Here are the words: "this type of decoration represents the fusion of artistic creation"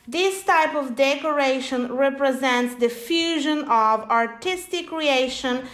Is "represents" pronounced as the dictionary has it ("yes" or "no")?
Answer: yes